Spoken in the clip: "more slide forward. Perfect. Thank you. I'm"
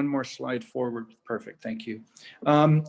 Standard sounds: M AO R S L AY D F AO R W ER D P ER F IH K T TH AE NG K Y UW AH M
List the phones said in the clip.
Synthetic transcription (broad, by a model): M AO R S L AY D F AO R W ER D P ER F IH K T TH AE NG K Y UW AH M